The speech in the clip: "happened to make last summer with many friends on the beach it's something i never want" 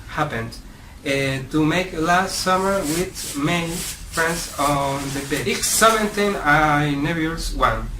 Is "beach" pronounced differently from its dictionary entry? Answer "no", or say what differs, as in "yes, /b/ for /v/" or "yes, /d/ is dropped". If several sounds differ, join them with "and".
yes, /tʃ/ is dropped